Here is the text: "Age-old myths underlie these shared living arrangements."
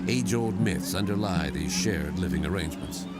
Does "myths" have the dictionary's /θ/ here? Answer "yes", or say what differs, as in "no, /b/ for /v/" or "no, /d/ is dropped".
yes